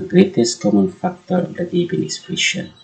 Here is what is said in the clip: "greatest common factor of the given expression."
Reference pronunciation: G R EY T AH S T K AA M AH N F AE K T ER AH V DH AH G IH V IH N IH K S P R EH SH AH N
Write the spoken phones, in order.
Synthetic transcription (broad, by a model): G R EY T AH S K AA M AH N F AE K T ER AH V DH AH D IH B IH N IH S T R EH SH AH N